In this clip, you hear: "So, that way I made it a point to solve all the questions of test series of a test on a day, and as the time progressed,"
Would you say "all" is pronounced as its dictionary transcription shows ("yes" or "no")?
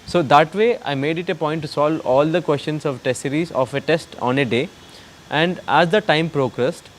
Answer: yes